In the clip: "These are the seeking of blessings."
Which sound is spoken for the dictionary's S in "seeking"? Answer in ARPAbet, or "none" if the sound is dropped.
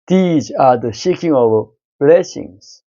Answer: SH